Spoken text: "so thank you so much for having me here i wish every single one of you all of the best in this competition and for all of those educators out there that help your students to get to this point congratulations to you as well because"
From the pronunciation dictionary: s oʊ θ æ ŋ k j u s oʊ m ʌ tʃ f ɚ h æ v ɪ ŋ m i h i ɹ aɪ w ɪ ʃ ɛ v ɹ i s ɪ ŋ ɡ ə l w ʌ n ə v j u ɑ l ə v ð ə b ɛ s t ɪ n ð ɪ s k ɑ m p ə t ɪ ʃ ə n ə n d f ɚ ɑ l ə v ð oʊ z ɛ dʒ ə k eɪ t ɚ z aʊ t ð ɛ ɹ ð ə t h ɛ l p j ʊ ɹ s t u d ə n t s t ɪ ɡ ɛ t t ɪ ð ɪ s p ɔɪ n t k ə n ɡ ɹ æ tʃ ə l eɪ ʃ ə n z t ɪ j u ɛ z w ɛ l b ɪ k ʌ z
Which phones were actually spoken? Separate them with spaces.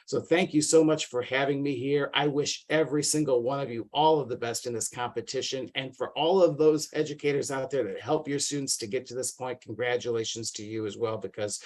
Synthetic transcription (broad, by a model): s oʊ θ æ ŋ k j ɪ s oʊ m ʌ tʃ f ɚ h æ v ɪ ŋ m i h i ɹ aɪ w ɪ ʃ ɛ v ɹ i s ɪ ŋ ɡ l w ʌ n ə v j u ɑ l ə v ð ə b ɛ s t ɪ n ð ɪ s k ɑ m p ə t ɪ ʃ ə n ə n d f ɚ ɑ l ə v ð oʊ z ɛ dʒ ə k eɪ t ɚ z aʊ t ð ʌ ɹ ð ə t h ɛ l p j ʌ ɹ s t u d n t s t ɪ ɡ ɛ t t ɪ ð ɪ s p ɔɪ n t k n ɡ ɹ æ tʃ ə l eɪ ʃ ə n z t ɪ j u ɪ z w ɛ l b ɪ k ʌ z